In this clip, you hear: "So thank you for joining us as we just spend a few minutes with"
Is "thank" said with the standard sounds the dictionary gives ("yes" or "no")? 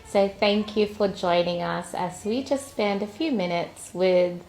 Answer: yes